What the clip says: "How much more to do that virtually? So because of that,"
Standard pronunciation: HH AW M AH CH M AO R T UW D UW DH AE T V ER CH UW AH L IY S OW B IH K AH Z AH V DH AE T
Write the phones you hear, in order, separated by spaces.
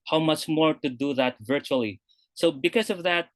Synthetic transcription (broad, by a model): HH AW M AH CH M AO R T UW D UW DH AE T V ER CH UW AH L IY S OW B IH K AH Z AH V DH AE T